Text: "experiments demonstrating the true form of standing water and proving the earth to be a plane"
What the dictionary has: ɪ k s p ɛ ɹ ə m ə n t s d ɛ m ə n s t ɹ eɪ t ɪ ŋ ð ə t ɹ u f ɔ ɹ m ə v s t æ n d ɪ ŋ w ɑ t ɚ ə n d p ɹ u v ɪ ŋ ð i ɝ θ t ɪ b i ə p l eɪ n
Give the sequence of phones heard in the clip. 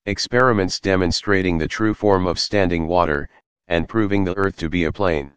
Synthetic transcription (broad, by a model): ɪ k s p ɛ ɹ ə m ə n t s d ɛ m ə n s t ɹ eɪ t ɪ ŋ ð ə t ɹ u f ɔ ɹ m ə v s t æ n d ɪ ŋ w ɑ t ɚ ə n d p ɹ u v ɪ ŋ ð i ɝ θ t ɪ b i ə p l eɪ n